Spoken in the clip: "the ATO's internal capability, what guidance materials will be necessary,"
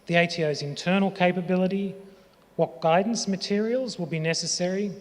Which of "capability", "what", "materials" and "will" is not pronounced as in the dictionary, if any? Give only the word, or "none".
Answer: none